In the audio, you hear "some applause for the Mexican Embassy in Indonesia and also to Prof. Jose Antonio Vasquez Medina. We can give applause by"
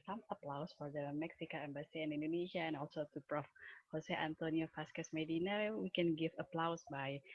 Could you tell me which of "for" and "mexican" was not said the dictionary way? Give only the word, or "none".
mexican